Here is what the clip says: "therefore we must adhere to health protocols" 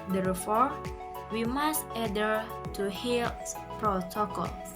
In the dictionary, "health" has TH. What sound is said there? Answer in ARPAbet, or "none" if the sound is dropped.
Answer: S